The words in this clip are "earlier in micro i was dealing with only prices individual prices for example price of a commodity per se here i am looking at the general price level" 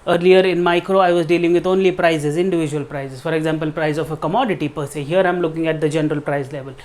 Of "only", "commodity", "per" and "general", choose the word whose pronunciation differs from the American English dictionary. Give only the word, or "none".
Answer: none